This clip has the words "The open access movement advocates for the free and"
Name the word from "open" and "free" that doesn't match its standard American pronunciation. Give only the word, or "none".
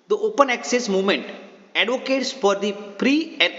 free